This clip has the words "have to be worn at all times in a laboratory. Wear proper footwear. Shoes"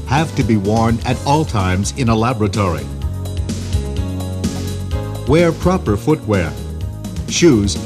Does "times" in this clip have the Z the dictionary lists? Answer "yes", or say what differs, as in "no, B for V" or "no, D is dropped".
yes